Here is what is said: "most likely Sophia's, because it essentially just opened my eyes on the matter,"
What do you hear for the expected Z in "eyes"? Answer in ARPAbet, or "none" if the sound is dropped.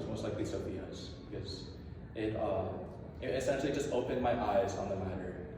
Z